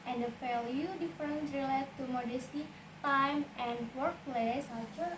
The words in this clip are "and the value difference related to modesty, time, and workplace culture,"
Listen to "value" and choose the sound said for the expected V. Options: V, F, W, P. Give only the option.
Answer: F